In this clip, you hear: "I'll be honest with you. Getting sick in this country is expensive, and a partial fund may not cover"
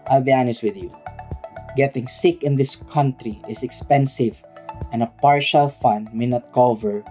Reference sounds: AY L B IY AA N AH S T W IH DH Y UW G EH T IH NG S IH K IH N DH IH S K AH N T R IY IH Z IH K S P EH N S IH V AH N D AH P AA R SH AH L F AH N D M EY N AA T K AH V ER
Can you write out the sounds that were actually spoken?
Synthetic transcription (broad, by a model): AY L B IY AA N AH S T W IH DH Y UW G EH T IH NG S IH K IH N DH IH S K AH N T R IY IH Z IH K S P EH N S IH V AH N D AH P AA R SH AH L F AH N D M EY N AA T K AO V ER